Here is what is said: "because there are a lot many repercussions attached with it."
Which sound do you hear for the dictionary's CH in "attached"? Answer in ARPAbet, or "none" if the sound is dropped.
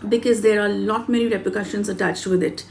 CH